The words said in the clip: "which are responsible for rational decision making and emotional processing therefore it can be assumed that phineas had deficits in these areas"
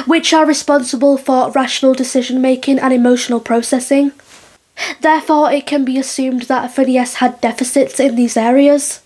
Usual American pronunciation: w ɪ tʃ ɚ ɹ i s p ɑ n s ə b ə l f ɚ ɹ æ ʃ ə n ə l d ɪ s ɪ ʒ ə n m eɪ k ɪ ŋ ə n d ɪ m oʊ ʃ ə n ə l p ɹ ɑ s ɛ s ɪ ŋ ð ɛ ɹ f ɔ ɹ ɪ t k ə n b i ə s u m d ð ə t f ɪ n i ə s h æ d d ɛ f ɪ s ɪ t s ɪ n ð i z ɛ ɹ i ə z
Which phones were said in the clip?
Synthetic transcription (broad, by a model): w ɪ tʃ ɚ ɹ i s p ɑ n s ə b ə l f ɚ ɹ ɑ ʃ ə n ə l d ɪ s ɪ ʒ ə n m eɪ k ɪ ŋ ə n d ɪ m oʊ ʃ ə n ə l p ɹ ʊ s ɛ s ɪ ŋ ð ɛ ɹ f ɔ ɹ ɪ t k ə n b i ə s u m ð ə t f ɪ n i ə s h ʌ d d ɛ f ɪ s ɪ t s ɪ n ð i z ɛ ɹ i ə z